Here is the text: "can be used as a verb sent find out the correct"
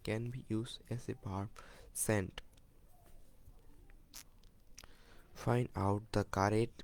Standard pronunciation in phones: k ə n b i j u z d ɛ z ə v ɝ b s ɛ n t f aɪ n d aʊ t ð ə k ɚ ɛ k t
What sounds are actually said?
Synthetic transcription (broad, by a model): k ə n b i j u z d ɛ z ə p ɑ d s ɛ n t f aɪ n d aʊ t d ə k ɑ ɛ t